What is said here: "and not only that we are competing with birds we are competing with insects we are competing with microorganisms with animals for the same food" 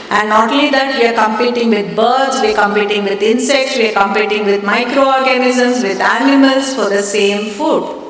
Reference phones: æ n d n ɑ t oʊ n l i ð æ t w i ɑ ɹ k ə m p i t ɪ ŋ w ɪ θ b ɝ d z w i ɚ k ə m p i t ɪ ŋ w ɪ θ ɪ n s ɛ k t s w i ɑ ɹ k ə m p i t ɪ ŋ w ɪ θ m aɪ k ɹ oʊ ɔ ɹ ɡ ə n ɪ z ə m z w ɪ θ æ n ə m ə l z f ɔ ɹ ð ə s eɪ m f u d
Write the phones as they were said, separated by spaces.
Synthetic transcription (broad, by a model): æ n d n ɑ t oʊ l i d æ t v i ɑ ɹ k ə m p i t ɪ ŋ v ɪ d b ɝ d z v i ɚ k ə m p i t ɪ ŋ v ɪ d ɪ n s ɛ k t s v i ɑ ɹ k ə m p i t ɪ ŋ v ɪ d m aɪ k ɹ oʊ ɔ ɹ ɡ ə n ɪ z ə m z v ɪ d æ n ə m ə l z f ɔ ɹ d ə s eɪ m f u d